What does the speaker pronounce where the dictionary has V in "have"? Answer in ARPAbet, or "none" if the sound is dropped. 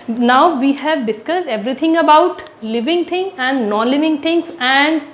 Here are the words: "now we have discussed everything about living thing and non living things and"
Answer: V